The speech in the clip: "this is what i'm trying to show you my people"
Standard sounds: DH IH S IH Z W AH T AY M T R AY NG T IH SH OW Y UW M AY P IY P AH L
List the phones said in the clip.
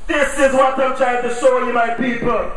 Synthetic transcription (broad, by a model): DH IH S IH Z W AH T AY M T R AY T IH S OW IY M AY P IY P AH L